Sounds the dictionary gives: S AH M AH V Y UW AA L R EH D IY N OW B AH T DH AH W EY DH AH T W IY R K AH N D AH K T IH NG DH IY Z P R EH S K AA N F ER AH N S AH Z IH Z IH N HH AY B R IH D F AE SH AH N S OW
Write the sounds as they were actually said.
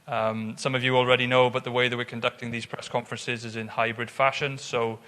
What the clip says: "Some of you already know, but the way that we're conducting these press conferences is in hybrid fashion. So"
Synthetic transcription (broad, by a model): S AH M AH V Y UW AA L R EH D IY N OW B AH T DH AH W EY DH AH T W IY R K AH N D AH K T IH NG DH IY Z P R EH S K AA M F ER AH N S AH Z IH Z IH N HH AY B R IH D F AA SH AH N S OW